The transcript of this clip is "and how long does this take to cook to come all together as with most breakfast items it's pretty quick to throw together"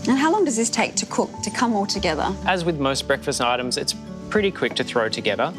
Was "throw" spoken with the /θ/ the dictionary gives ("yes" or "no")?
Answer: yes